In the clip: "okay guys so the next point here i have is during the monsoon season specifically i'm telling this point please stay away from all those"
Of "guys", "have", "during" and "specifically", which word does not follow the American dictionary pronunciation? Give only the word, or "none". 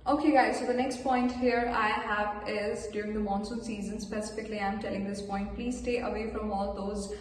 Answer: none